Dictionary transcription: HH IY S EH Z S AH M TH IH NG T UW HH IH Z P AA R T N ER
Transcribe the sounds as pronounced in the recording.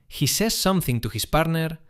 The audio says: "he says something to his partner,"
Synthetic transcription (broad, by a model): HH IY S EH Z S AH M TH IH NG T UW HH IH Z P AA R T N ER